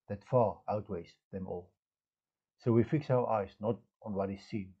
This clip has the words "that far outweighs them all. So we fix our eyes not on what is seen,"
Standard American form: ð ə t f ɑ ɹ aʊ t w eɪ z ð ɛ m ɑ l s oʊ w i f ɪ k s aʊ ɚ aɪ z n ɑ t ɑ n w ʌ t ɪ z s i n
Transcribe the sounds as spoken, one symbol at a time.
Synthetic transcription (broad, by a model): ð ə t f ɑ ɹ aʊ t w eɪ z ð ɛ m ɑ l s oʊ w i f ɪ k s aʊ ɚ aɪ z n ɑ t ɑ n w ʌ t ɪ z s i n